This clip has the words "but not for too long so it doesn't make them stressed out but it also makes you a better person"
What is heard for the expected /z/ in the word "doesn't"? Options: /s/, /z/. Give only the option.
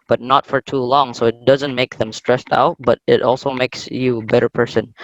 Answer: /z/